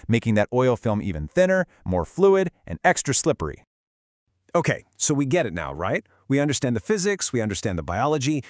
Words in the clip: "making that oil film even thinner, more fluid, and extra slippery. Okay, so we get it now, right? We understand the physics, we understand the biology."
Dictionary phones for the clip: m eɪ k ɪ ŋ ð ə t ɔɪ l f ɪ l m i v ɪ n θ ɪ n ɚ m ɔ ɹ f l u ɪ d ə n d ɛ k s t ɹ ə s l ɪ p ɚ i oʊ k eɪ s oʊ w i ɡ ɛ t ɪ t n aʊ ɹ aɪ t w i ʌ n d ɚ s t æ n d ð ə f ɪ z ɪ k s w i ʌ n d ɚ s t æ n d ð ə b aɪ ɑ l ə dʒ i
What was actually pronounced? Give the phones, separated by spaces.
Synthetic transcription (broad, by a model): m eɪ k ɪ ŋ ð ə t ɔɪ l f ɪ l m i v ɪ n θ ɪ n ɚ m ɔ ɹ f l u ɪ d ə n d ɛ k s t ɹ ə s l ɪ p ɚ i oʊ k eɪ s oʊ w i ɡ ɛ t ɪ t n aʊ ɹ aɪ t w i ʌ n d ɚ s t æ n ð ə f ɪ z ɪ k s w i ʌ n d ɚ s t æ n ð ə b aɪ ɑ l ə dʒ i